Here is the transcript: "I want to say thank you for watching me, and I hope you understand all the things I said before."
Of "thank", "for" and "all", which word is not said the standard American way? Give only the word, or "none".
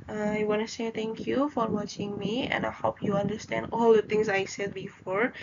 thank